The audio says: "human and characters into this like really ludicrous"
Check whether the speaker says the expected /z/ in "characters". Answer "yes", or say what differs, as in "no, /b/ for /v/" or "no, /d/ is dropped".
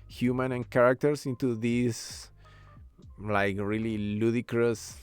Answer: no, /s/ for /z/